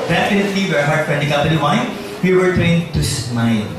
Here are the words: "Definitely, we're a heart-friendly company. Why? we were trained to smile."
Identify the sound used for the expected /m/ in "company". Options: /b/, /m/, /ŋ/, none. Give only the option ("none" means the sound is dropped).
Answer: none